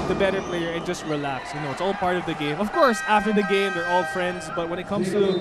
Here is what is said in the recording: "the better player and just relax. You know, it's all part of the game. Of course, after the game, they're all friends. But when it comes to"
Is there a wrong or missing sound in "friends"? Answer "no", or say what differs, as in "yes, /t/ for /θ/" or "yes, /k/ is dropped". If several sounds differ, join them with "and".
no